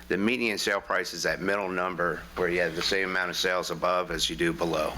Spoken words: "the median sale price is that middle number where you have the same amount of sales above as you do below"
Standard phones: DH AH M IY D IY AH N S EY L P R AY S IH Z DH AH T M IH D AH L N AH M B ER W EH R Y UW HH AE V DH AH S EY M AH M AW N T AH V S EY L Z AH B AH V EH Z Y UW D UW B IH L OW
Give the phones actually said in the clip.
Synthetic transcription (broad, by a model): DH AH M IY D IY AH N S EY L P R AY S IH Z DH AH T M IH D L N AH M B ER W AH R Y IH V DH AH S EY M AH M AW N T AH V S EY L Z AH B AH V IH Z Y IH D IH B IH L OW